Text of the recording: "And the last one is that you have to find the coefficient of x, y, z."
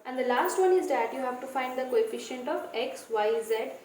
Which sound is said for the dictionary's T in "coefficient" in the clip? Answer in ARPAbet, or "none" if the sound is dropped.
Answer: T